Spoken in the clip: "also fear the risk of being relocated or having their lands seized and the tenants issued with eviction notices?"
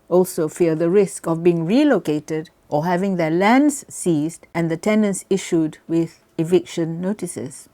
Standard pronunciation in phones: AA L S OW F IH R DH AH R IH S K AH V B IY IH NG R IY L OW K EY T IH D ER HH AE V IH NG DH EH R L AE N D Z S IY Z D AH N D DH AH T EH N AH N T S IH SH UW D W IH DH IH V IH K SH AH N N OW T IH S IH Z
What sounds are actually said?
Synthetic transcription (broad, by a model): AA L S OW F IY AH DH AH R IH S K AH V B IY IH NG R IY L OW K EY T IH D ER HH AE V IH NG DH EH L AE N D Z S IY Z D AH N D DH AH T EH N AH N S IH SH UW D W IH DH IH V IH K SH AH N N OW T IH S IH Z